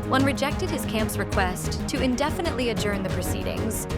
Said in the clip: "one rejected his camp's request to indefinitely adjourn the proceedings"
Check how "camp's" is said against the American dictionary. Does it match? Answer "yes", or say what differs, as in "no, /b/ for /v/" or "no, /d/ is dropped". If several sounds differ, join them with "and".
yes